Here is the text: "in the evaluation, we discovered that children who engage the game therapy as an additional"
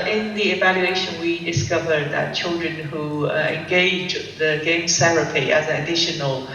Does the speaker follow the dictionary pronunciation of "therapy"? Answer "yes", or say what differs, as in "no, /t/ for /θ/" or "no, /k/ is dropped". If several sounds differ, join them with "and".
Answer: no, /s/ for /θ/